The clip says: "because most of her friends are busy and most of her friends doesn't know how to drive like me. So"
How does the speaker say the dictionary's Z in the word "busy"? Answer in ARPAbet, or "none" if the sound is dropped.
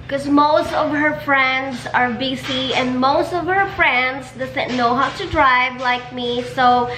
S